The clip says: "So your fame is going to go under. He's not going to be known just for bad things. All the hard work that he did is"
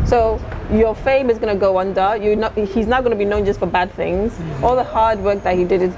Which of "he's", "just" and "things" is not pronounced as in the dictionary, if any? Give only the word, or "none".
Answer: none